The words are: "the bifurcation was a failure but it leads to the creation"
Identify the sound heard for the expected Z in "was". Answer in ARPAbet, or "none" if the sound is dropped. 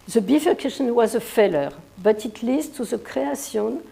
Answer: Z